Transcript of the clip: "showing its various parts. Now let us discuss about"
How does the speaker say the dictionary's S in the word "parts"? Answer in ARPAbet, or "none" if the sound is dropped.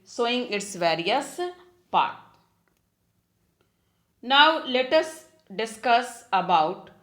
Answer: none